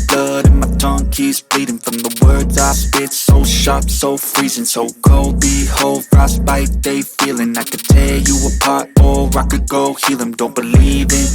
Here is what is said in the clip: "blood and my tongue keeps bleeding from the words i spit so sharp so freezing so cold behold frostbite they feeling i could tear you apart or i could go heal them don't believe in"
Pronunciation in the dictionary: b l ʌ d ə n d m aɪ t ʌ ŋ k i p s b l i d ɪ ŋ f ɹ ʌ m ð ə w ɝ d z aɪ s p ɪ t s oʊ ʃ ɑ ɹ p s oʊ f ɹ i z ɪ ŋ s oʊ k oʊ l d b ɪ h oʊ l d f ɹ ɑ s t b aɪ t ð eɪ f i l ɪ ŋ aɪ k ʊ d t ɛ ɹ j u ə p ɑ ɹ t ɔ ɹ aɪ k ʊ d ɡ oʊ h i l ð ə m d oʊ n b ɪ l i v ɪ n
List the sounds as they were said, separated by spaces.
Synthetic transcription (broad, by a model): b l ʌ d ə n m aɪ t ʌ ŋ k i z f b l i d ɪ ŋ f ɹ ʌ m ð ə w ɝ d z aɪ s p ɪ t s oʊ ʃ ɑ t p s oʊ f ɹ i z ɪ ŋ s oʊ k oʊ l d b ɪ h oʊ l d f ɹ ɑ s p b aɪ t ð eɪ f i l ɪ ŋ aɪ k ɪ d t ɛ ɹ j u ə p ɑ ɹ t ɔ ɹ aɪ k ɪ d ɡ oʊ h i l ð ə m d oʊ n b ɪ l i v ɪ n